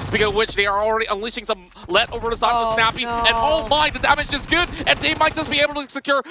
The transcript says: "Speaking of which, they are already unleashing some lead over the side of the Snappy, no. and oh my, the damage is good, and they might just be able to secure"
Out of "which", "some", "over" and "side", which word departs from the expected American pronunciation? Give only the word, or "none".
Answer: side